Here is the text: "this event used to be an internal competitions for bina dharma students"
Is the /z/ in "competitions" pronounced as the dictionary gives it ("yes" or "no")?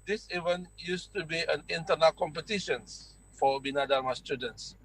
no